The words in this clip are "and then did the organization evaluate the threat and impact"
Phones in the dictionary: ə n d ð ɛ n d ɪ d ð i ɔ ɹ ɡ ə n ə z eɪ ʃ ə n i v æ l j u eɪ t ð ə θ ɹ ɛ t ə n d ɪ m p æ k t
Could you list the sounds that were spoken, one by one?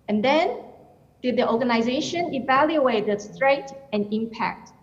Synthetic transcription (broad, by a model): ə n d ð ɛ n d ɪ d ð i ɔ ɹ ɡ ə n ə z eɪ ʃ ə n i v æ l j u eɪ t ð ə t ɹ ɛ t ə n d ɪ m p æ k t